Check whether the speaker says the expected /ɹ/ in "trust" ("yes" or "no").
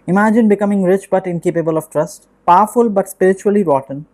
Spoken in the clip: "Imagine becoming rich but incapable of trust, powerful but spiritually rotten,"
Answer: yes